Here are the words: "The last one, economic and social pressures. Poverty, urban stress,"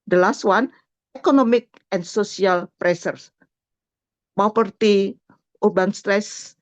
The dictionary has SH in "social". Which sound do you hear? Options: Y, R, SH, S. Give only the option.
S